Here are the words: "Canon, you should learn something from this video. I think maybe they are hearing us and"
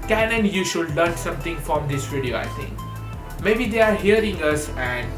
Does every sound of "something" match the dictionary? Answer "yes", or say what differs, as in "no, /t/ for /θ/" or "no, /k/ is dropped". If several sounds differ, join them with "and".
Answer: no, /t/ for /θ/